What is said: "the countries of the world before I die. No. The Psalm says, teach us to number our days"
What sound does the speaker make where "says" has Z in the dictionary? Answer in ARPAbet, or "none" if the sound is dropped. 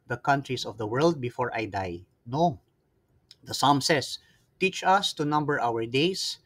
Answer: S